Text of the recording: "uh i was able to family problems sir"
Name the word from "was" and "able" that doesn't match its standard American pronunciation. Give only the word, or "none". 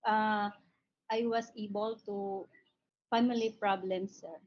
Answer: was